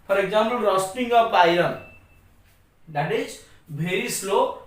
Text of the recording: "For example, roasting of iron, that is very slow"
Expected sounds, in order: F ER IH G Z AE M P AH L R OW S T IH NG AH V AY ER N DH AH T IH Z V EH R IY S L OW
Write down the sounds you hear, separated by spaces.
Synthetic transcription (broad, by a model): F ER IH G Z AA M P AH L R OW S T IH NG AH P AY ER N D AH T IH Z B EH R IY S L OW